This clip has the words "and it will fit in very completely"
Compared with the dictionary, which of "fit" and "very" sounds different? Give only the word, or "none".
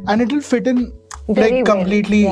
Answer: very